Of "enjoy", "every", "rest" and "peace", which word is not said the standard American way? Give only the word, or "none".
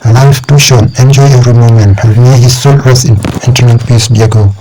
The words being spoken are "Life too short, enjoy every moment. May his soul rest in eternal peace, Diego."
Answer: rest